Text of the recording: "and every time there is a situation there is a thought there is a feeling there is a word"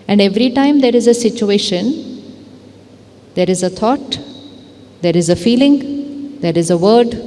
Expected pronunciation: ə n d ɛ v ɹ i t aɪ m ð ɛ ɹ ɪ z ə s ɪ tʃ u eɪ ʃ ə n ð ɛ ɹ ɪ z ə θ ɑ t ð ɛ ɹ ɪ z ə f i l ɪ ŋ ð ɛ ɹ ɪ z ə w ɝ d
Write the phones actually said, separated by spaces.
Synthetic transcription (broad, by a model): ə n d ɛ v ɹ i t aɪ m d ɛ ɹ ɪ z ə s ɪ tʃ u eɪ ʃ ə n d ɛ ɹ ɪ z ə t ɑ t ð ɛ ɹ ɪ z ə f i l ɪ ŋ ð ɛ ɹ ɪ z ə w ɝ d